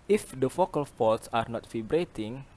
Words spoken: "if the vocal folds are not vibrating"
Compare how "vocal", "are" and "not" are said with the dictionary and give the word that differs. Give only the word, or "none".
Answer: vocal